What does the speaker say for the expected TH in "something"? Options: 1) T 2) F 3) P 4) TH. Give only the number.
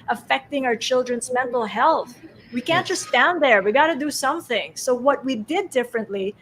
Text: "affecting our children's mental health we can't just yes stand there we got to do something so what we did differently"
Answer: 4